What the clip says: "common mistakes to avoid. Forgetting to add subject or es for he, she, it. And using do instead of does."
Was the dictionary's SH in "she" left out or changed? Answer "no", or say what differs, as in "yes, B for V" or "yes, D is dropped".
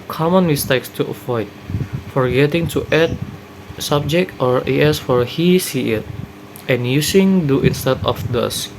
yes, S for SH